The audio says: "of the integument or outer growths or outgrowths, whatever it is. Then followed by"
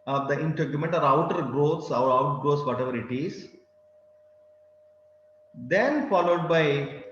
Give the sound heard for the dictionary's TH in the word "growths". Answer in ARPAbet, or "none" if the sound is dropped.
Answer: T